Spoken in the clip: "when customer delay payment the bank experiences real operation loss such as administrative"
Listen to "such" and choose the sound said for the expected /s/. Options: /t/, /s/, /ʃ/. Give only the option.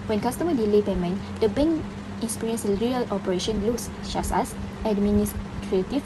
/ʃ/